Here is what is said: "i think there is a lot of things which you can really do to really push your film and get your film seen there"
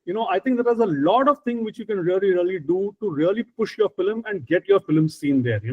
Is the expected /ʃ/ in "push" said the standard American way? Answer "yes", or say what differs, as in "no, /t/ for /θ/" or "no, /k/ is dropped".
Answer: yes